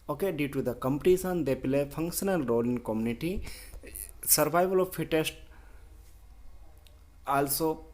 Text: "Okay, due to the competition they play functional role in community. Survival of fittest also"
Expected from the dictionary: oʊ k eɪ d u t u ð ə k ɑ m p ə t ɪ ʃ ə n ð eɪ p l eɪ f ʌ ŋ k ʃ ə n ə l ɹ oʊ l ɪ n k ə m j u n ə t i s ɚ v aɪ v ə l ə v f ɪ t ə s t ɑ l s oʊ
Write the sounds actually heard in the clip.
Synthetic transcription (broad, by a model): oʊ k eɪ d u t u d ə k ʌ m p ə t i s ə n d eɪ p l eɪ f ʌ ŋ k ʃ ə n ə l ɹ oʊ l ɪ n k ə m j u n ə t i s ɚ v aɪ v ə l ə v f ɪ t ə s t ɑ l s oʊ